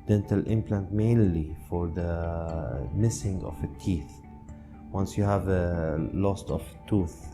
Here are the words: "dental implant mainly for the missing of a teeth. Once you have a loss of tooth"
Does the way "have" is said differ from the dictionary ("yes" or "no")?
no